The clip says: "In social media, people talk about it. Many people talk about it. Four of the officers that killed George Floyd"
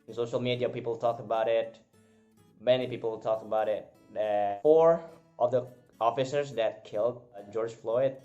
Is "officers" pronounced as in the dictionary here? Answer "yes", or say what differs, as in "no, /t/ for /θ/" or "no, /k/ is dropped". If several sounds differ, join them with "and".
yes